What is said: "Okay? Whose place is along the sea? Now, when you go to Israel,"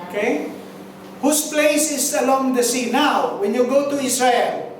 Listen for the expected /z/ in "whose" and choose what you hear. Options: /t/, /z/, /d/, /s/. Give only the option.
/s/